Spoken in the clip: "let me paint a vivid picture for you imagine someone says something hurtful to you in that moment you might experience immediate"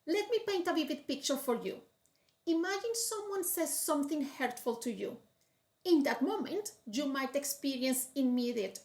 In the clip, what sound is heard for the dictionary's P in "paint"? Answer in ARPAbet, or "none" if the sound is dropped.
P